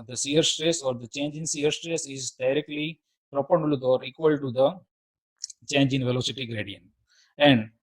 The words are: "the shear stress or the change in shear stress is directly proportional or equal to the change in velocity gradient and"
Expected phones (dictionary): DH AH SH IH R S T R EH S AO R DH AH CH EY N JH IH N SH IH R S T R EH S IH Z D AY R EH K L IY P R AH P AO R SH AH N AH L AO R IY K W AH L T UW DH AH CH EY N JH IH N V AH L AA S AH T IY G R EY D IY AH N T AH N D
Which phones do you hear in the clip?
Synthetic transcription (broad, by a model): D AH S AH R S T R EH S AO R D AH CH EY N JH IH N S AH R S T R EH S IH Z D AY R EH K L IY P R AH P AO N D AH L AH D AO R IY K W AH L T UW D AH CH EY N JH IH N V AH L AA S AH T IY G R EY D IY AH N T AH N D